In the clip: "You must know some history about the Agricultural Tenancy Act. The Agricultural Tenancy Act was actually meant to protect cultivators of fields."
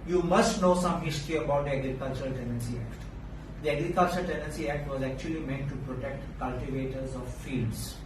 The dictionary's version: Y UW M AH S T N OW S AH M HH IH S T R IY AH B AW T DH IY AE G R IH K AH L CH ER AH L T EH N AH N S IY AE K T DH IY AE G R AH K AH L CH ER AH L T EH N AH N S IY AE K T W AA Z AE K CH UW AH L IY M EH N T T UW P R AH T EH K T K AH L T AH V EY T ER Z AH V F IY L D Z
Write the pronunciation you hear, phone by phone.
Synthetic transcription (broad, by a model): Y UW M AH S T N OW S AH M HH IH S T R IY AH B AW T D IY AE G R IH K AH L CH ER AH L T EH N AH N S IY AE K T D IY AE G R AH K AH L CH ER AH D T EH N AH N S IY AE K T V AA Z AE K CH UW AH L IY M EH N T T UW P R AH T EH K T K AH L T AH V EY T ER Z AH V F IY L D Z